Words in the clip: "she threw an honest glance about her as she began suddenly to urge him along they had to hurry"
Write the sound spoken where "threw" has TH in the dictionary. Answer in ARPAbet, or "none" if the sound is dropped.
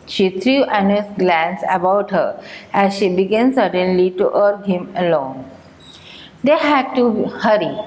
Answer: T